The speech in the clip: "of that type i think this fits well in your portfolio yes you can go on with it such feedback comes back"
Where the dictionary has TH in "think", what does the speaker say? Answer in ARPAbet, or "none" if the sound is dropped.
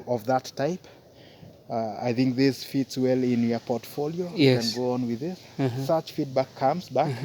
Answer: TH